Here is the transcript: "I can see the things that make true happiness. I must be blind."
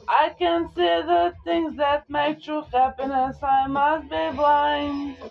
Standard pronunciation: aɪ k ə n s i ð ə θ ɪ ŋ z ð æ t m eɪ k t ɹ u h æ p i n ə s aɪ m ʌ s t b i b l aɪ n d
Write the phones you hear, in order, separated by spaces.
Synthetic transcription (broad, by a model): aɪ k ə n s i ð ə θ ɪ ŋ z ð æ t m eɪ k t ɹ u h æ p i n ə s aɪ m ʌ s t b i b l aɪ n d